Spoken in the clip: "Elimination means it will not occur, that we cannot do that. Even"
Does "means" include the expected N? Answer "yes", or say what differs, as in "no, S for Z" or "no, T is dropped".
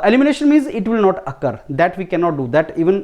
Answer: yes